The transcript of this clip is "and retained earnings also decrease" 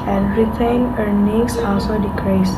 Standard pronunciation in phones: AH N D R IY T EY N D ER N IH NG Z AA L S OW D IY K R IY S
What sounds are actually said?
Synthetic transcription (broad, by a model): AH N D R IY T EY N ER N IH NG S AA L S OW D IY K R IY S